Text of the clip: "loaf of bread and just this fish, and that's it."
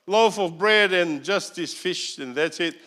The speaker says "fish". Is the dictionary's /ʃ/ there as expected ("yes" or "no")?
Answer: yes